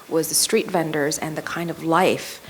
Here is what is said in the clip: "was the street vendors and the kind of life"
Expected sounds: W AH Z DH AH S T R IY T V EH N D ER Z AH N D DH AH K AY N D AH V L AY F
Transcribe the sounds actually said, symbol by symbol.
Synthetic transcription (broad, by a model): W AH Z DH AH S T R IY T V EH N D ER Z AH N DH AH K AY N D AH V L AY F